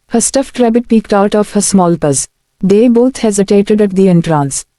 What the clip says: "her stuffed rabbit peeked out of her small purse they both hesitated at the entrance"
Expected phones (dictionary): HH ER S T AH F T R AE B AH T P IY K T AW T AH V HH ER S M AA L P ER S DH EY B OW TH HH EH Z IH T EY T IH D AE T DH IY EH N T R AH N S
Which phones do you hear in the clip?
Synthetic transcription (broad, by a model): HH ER S T AH F T R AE B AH T P IY K T AW T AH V HH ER S M AA L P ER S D EY B OW T HH EH Z IH T EY T IH D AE T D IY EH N T R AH N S